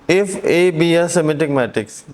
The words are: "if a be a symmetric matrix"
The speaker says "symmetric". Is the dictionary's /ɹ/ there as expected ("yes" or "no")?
no